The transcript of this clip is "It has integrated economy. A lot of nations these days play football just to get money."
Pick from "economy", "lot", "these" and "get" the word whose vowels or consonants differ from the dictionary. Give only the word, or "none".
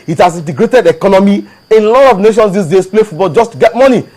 these